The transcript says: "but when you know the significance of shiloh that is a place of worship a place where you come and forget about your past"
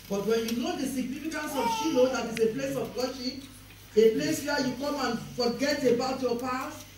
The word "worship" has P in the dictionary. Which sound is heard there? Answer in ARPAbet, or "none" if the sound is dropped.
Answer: none